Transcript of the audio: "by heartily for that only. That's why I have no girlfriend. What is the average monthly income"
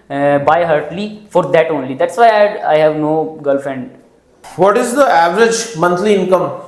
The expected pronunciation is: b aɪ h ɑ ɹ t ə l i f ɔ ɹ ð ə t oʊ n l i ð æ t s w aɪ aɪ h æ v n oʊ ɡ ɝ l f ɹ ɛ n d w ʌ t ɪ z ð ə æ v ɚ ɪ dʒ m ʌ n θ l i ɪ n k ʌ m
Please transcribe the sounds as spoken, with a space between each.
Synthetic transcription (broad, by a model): b aɪ h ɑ ɹ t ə l i f ɔ ɹ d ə t oʊ n l i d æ t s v aɪ aɪ h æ v n oʊ ɡ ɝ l f ɛ n d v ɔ t ɪ z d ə æ v ɚ ɪ dʒ m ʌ n t l i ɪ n k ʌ m